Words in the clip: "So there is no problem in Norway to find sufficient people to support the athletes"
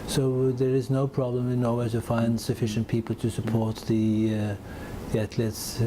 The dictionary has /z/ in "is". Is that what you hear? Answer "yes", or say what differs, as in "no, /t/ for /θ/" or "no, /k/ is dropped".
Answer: yes